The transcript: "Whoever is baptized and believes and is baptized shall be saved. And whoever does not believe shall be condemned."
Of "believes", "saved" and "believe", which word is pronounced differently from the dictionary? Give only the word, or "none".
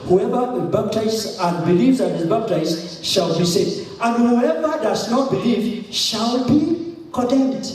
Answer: saved